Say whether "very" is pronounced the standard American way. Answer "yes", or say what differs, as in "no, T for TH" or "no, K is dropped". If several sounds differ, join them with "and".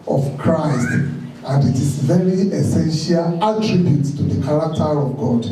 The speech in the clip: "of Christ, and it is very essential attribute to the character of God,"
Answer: no, L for R